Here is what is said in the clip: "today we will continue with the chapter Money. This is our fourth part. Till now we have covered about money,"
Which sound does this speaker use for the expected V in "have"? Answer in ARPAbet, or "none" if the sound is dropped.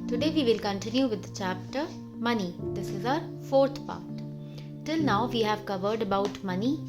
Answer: V